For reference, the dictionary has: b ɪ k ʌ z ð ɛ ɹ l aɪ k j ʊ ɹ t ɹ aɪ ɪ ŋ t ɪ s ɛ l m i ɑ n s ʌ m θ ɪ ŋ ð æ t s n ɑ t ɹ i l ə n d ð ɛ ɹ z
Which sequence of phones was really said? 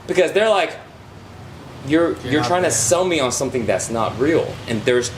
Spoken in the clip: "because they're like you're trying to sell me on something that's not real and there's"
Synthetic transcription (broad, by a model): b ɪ k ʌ z ð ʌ ɹ l aɪ k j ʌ ɹ t ɹ aɪ ɪ ŋ t ɪ s ɛ l m i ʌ n s ʌ m θ ɪ ŋ ð æ t s n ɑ t ɹ i l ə n ð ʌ ɹ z